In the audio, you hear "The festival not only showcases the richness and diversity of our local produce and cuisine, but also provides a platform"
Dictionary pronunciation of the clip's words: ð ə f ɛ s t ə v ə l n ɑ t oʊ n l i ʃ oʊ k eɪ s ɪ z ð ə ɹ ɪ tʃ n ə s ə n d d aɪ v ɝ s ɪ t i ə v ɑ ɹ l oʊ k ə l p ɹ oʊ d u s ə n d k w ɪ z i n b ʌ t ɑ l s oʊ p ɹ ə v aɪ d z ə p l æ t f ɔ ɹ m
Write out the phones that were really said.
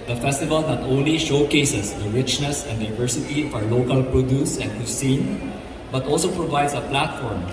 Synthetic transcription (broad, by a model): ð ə f ɛ s t ə v ə l n ɑ t oʊ n l i ʃ oʊ k eɪ s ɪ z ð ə ɹ ɪ tʃ n ə s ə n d d aɪ v ɝ s ɪ t i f ɑ ɹ l oʊ k ə l p ɹ oʊ d u s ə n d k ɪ s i n b ʌ t ɑ l s oʊ p ɹ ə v aɪ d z ə p l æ t f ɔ ɹ m